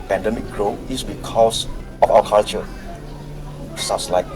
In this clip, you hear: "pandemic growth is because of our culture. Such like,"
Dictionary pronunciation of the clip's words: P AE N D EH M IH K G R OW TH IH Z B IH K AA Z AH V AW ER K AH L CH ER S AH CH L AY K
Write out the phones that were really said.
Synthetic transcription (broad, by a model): P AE N D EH M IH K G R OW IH S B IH K AA S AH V AW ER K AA L CH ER S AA S L AY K